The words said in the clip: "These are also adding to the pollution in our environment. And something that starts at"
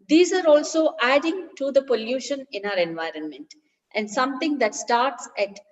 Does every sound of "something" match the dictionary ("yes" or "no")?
no